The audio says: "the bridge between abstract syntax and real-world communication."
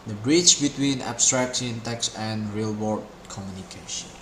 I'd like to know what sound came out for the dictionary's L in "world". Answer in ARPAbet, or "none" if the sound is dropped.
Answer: none